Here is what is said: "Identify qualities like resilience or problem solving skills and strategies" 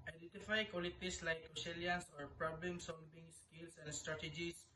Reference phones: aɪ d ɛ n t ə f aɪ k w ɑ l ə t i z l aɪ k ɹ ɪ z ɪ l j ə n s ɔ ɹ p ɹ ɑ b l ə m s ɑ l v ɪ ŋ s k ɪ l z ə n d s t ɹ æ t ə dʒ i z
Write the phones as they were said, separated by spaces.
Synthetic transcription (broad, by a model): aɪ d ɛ n t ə f aɪ k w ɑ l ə t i s l aɪ k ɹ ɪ s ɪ l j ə n s ɔ ɹ p ɹ ɑ b l ə m s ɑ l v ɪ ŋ s k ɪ l s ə n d s t ɹ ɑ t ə dʒ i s